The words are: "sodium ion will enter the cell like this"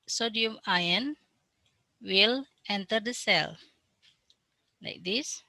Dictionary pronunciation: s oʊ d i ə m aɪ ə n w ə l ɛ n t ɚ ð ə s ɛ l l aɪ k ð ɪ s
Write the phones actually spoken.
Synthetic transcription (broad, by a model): s oʊ d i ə m aɪ ə n w ə l ɛ n t ɚ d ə s ɛ l l aɪ k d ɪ s